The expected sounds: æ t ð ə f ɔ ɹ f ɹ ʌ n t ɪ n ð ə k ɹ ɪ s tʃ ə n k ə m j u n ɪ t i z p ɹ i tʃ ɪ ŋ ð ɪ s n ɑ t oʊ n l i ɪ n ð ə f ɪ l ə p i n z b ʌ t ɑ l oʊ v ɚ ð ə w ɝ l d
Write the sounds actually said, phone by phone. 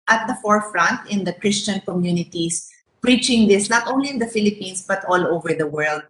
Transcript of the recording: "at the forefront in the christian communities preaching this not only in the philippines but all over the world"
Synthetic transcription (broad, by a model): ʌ t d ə f ɔ ɹ f ɹ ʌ n t ɪ n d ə k ɹ ɪ s tʃ ə n k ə m j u n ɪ t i s p ɹ i tʃ ɪ ŋ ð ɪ s n ɑ t oʊ n l i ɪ n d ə f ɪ l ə p i n s b ʌ t ɑ l oʊ v ɚ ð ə w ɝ l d